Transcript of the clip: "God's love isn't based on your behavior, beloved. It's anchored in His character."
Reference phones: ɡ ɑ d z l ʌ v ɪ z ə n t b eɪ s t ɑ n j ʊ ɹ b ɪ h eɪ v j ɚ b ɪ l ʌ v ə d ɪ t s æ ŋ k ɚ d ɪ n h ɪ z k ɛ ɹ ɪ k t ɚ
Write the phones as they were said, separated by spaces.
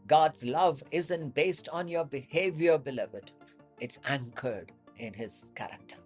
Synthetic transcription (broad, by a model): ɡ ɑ d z l ʌ v ɪ z ə n t b eɪ s t ɑ n j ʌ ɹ b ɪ h eɪ v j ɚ b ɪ l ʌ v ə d ɪ t s æ ŋ k ɚ d ɪ n h ɪ z k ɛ ɹ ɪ k t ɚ